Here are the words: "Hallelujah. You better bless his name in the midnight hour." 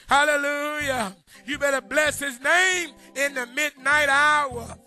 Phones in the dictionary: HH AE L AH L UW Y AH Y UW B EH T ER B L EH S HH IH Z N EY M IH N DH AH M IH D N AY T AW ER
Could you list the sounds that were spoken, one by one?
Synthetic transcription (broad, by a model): HH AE L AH L UW Y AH Y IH B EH T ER B L EH S HH IH Z N EY M IH N DH AH M IH D N AY T AW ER